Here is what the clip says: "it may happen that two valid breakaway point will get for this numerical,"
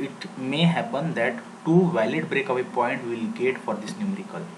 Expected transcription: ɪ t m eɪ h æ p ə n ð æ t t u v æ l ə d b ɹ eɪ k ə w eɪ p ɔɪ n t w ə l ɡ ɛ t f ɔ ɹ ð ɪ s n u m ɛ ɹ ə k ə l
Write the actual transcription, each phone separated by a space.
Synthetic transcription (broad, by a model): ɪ t m eɪ h æ p ə n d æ t t u v æ l ə d b ɹ eɪ k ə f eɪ p ɔɪ n t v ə l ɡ ɛ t f ɔ ɹ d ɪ s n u m ɹ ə k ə l